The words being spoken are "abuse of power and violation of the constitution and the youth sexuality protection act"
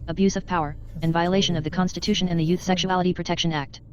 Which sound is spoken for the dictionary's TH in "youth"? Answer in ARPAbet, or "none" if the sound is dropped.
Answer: TH